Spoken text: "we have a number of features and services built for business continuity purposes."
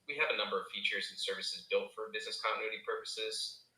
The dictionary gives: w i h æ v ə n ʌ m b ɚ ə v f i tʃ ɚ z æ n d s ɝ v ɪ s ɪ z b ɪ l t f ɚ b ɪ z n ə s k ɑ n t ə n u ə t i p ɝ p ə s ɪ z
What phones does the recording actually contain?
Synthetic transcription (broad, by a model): w i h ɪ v ə n ʌ m b ɚ ə v f i tʃ ɚ z n s ɝ v ɪ s ɪ z b ɪ l t f ɚ b ɪ z n ə s k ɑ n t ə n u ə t i p ɝ p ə s ɪ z